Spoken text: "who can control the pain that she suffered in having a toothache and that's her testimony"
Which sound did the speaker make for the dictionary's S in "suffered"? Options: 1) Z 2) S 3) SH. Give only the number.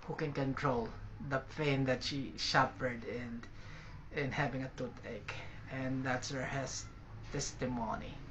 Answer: 3